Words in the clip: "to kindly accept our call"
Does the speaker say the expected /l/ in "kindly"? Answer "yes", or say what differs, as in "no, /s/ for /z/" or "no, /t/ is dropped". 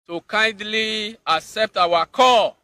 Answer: yes